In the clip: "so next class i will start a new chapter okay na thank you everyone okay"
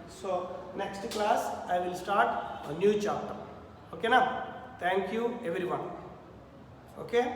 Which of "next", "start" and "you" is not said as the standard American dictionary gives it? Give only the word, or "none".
none